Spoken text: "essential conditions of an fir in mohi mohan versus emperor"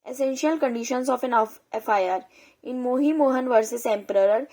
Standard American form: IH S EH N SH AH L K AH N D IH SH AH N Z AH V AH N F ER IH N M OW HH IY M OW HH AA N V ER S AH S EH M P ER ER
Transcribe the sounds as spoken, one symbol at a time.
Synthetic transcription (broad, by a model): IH S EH N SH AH L K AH N D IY SH AH N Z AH F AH N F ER IH N M OW HH IY M OW HH AA N V ER S AH S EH M P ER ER